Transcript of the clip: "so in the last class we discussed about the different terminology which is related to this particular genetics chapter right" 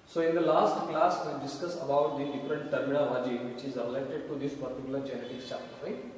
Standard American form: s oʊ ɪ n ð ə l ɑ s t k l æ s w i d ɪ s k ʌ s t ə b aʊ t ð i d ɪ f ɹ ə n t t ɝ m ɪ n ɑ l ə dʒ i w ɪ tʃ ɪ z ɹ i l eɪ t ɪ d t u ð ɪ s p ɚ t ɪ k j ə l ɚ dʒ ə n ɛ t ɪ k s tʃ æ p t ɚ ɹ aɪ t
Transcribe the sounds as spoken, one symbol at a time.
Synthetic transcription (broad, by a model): s oʊ ɪ n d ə l ɑ s t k l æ s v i d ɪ s k ʌ s ə b aʊ t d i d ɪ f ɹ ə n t t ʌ m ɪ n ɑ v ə dʒ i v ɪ tʃ ɪ z ɹ i l eɪ t ɪ d t u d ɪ s p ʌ t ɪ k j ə l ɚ dʒ ə n ɛ t ɪ k s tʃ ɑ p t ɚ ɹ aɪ